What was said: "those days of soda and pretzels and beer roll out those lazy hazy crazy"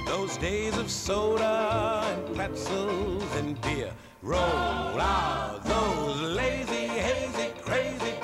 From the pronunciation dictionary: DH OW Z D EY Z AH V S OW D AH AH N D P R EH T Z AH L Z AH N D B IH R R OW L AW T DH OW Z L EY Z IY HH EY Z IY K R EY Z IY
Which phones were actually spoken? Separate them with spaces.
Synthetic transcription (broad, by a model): DH OW Z D EY Z AH V S OW D AH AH N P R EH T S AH L Z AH N B IH R R OW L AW DH OW Z L EY Z IY HH EY Z IY K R EY Z IY